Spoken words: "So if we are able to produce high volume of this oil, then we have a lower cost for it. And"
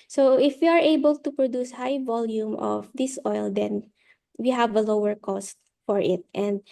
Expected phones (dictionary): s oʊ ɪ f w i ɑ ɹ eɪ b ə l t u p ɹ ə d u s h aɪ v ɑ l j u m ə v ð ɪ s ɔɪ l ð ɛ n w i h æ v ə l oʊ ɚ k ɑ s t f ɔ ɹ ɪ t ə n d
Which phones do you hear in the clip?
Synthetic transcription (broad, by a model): s oʊ ɪ f w i ɑ ɹ eɪ b ə l t u p ɹ ə d u s h aɪ v ɑ l j u m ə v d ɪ s ɔɪ l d ɛ n w i h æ v ə l oʊ ɚ k ɑ s t f ɔ ɹ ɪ t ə n d